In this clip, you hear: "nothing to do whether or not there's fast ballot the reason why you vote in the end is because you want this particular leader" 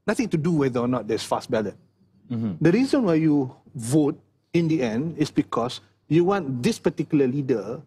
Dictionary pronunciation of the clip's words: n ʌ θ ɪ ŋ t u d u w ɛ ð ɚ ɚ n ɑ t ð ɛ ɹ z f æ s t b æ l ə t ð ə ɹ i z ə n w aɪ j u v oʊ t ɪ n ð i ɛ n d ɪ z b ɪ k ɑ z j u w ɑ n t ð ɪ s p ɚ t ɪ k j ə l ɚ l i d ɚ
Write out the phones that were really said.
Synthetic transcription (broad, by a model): n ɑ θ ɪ ŋ t u d u w ɛ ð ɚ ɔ n ɑ t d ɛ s f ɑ s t b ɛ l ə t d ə ɹ i z ə n w aɪ j u v oʊ t ɪ n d i ɛ n d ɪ s b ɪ k ɑ s j u w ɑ n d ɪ s p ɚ t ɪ k j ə l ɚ l i d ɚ